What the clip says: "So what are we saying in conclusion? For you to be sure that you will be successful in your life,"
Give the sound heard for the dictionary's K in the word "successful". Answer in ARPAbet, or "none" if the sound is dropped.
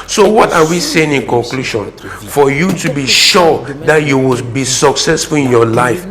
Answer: K